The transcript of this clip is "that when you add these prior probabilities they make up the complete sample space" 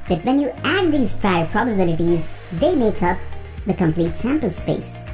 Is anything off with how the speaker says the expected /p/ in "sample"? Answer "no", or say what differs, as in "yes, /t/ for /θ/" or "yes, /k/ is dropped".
no